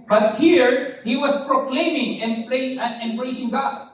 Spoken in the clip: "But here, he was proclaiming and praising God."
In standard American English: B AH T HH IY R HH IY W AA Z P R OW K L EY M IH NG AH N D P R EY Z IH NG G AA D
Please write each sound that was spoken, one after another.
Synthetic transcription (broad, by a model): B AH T HH IY R HH IY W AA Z P R OW K L EY M IH NG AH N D B R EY S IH NG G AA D